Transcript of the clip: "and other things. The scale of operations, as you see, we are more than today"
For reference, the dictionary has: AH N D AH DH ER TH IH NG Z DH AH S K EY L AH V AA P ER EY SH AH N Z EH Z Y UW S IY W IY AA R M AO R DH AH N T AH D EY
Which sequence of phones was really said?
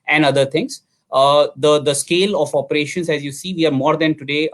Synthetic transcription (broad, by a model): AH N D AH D ER T IH NG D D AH S K EY L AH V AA P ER EY SH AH N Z EH Z Y UW S IY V IY AA R M AO R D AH N T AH D EY